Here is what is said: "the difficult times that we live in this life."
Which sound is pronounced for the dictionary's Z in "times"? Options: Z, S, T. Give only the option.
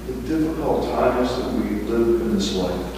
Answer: Z